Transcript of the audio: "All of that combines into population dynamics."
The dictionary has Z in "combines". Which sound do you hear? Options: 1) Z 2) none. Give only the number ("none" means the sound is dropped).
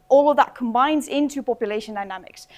1